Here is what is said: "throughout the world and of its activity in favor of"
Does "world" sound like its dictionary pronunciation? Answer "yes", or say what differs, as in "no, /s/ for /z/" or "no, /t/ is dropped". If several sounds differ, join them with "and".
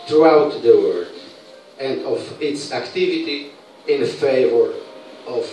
no, /l/ is dropped